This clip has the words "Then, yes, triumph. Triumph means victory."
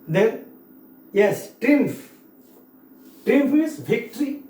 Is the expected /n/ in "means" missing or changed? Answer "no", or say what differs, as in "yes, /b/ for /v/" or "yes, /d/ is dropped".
yes, /n/ is dropped